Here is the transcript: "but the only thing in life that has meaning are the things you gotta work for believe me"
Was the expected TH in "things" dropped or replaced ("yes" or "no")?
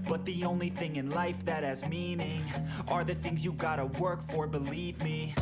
no